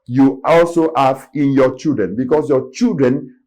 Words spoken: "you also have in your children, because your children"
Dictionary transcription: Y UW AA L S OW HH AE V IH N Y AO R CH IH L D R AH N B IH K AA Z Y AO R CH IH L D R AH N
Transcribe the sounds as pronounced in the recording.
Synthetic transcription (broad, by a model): Y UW AA L S OW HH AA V IH N Y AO CH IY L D R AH N B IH K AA S Y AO CH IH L D R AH N